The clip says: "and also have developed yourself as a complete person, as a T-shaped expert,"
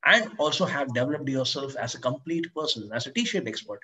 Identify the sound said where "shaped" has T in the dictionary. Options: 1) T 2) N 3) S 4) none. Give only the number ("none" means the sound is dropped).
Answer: 4